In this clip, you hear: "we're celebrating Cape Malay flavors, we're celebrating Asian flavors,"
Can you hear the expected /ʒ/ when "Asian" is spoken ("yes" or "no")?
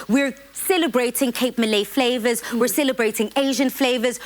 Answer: yes